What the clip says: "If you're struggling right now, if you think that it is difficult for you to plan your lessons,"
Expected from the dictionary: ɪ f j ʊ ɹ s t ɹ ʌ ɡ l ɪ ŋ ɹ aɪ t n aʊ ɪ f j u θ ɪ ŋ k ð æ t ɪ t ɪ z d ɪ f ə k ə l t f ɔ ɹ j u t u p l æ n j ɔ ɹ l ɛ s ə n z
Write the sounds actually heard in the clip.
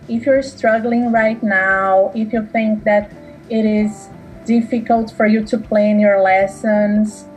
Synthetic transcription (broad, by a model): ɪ f j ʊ ɹ s t ɹ ʌ ɡ l ɪ ŋ ɹ aɪ t n aʊ ɪ f j u θ ɪ ŋ k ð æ t ɪ t ɪ z d ɪ f ə k ə l t f ɔ ɹ j u t u p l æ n j ɔ ɹ l ɛ s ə n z